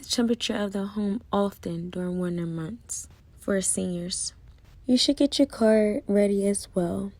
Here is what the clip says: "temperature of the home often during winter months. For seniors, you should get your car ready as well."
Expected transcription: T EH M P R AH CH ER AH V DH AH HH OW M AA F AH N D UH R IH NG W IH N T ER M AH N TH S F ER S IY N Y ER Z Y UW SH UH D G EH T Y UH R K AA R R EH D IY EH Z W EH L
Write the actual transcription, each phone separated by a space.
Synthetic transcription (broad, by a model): T EH M P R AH CH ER AH V DH AH HH OW M AA F AH N D UH R IH NG W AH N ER M AH N TH S F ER S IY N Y ER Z Y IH SH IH D G EH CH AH R K AA R R EH D IY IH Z W EH L